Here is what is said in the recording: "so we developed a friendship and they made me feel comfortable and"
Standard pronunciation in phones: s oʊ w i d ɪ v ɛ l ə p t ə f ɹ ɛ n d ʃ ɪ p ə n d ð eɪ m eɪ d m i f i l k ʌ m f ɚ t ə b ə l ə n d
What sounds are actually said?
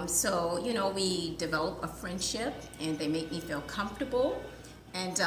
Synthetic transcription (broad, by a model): s oʊ w i d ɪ v ɛ l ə p ə f ɹ ɛ n d ʃ ɪ p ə n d ð eɪ m eɪ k m i f i l k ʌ m f t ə b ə l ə n